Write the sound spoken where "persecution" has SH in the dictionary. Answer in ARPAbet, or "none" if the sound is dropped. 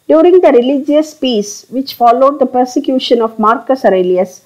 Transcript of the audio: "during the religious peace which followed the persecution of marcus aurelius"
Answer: SH